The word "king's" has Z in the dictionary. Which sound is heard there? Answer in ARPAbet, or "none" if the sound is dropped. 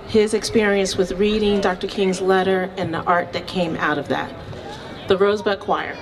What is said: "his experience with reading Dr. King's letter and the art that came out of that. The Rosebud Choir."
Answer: Z